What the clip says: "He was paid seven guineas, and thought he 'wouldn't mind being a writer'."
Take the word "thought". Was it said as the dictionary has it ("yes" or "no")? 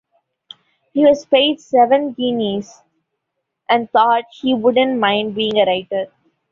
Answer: no